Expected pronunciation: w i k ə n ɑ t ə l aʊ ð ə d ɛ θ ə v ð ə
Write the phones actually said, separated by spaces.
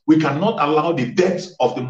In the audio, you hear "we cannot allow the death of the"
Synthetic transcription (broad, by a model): w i k ə n ɑ t ə l aʊ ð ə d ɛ s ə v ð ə